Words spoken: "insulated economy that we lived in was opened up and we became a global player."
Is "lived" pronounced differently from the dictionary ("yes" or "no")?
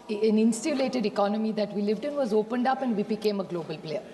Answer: no